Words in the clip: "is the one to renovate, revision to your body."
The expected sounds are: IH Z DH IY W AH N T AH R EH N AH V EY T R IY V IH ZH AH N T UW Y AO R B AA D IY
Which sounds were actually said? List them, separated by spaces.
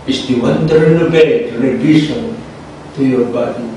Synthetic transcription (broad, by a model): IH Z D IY W AH N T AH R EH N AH B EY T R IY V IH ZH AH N T UW Y AO R B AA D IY